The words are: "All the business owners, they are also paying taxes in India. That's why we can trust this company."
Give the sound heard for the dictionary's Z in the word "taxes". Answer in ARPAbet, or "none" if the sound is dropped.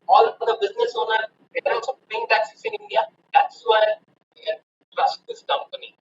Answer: S